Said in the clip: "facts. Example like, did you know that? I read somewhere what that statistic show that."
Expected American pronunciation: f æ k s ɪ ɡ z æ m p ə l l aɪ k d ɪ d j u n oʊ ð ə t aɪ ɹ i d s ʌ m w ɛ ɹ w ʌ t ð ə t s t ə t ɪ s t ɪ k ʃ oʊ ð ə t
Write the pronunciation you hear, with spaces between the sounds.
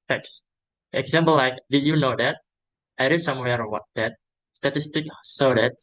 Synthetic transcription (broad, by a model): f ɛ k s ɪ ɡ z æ m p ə l l aɪ k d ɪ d j u n oʊ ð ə t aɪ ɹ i s ʌ m w ɛ ɹ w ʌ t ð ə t s t ə t ɪ s t ɪ k s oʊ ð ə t